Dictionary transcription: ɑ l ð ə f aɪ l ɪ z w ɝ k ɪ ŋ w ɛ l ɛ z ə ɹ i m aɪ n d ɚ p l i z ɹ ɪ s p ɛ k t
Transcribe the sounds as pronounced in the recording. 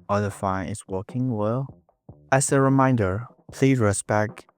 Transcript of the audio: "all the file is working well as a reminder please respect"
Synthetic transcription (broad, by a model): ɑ ð ə f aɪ n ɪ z w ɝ k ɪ ŋ w ɛ l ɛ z ə ɹ i m aɪ n d ɚ p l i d ɹ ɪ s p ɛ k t